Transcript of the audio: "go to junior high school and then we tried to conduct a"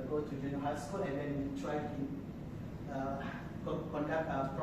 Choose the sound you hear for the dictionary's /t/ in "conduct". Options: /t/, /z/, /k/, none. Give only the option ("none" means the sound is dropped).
none